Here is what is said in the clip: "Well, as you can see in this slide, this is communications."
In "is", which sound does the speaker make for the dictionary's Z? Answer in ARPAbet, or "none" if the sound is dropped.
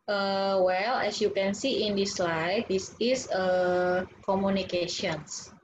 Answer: S